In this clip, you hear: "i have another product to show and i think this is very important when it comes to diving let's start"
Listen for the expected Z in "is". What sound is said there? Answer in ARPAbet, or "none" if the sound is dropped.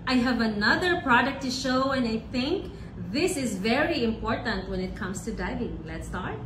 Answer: Z